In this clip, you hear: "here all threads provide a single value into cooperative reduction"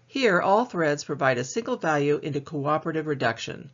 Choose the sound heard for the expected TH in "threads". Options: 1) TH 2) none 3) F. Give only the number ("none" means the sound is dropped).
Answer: 1